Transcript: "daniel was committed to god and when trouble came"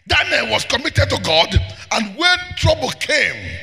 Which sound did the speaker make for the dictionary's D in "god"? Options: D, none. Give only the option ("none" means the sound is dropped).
D